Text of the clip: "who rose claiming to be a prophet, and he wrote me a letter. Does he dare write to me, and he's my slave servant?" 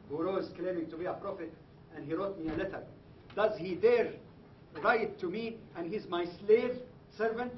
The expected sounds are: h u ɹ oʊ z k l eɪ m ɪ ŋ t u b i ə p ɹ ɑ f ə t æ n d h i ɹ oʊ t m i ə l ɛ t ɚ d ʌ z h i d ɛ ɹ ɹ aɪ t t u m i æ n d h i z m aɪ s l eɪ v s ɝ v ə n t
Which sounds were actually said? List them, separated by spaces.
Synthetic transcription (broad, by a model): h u ɹ oʊ z k l eɪ m ɪ ŋ t u b i ə p ɹ ɑ f ə t æ n d h i ɹ oʊ t m i ə l ɛ t ɚ d ʌ z h i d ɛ ɹ ɹ aɪ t t u m i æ n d h i z m aɪ s l eɪ v s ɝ v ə n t